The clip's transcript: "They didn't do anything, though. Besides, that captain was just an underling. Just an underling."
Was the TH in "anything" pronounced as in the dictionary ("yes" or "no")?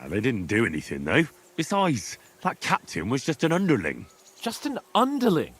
yes